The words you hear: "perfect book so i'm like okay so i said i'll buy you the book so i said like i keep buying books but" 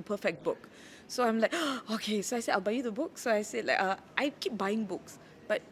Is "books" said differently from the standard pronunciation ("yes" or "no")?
no